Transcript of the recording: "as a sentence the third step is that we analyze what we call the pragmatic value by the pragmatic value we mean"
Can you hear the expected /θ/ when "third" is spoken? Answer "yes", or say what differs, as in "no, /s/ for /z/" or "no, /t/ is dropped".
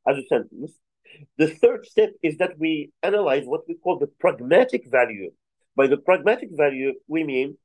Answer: yes